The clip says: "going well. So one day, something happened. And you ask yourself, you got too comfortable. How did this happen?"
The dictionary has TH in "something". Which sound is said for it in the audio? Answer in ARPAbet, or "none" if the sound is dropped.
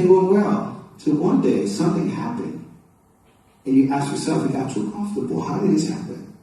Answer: TH